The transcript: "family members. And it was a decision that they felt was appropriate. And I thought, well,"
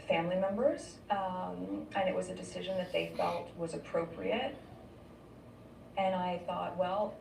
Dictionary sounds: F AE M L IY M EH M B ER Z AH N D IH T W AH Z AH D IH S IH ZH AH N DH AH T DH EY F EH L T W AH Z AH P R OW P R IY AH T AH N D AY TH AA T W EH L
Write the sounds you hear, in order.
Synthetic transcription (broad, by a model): F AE M L IY M EH M B ER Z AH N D IH T W AH Z AH D IH S IH ZH AH N DH AH T DH EY F EH L T W AH Z AH P R OW P R IY AH T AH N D AY TH AA T W EH L